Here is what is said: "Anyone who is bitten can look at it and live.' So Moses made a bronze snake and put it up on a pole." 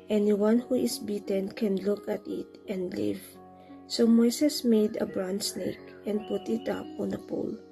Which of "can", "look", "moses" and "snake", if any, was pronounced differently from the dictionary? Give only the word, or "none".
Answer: moses